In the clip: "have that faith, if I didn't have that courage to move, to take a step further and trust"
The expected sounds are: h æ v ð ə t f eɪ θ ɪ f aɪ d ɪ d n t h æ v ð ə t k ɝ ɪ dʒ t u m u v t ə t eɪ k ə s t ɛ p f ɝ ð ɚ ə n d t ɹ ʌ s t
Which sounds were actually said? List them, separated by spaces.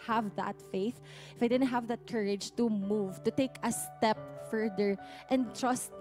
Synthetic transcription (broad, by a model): h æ v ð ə t f eɪ θ ɪ f aɪ d ɪ d n t h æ v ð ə t k ɝ ɪ dʒ t u m u v t ə t eɪ k ə s t ɛ p f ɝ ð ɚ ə n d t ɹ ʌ s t